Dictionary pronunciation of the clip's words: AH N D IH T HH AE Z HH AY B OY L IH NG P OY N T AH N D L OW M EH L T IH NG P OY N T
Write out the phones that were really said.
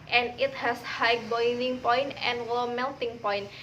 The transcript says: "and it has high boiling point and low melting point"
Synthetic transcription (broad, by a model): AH N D IH T HH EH S HH AY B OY N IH NG P OY N T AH N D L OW M EH L T IH NG P OY N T